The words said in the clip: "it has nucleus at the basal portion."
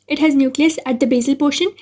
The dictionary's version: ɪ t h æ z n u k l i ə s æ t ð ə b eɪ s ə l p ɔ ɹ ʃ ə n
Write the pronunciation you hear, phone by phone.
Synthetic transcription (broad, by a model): ɪ t h æ z n u k l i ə s æ t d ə b eɪ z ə l p ɔ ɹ ʃ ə n